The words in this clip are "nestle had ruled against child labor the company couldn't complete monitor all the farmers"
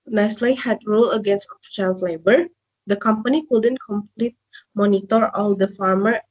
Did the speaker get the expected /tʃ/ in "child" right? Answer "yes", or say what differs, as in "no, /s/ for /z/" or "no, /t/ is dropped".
no, /ʃ/ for /tʃ/